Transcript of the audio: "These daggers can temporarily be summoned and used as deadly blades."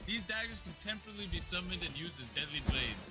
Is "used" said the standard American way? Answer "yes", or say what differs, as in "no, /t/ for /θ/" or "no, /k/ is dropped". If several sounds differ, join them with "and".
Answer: yes